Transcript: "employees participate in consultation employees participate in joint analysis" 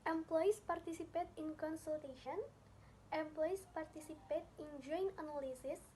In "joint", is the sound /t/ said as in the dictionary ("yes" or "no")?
no